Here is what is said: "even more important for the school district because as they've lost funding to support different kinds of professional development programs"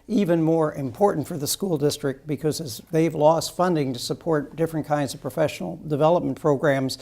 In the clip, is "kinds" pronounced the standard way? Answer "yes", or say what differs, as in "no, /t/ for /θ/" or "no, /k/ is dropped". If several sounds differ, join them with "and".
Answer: yes